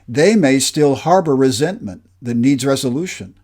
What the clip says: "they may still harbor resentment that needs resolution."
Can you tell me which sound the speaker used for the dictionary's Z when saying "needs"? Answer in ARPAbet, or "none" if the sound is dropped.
Z